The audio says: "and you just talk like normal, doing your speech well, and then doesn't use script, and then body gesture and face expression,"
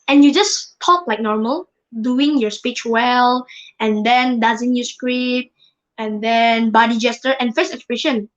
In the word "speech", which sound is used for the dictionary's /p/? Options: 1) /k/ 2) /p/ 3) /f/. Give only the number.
2